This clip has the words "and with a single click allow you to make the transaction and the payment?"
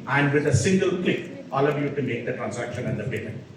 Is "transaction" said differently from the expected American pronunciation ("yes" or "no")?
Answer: yes